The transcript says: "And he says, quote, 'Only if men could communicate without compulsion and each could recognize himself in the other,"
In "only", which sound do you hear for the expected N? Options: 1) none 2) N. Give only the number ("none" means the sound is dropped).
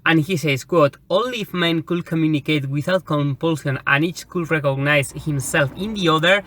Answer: 1